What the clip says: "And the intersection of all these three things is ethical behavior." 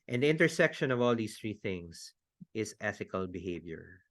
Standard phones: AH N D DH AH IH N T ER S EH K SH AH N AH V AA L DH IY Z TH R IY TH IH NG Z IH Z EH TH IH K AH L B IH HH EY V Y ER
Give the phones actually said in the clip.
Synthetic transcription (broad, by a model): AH N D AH IH N T ER S EH K SH AH N AH V AA L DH IY S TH R IY TH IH NG S IH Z EH TH IH K AH L B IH HH EY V Y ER